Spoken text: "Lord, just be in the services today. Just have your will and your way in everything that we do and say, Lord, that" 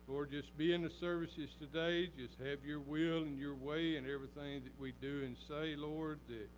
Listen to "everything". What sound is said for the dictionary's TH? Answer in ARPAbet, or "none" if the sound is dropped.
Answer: TH